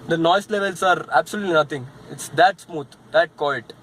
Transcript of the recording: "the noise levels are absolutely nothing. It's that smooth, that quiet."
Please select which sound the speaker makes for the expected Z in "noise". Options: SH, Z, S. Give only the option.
S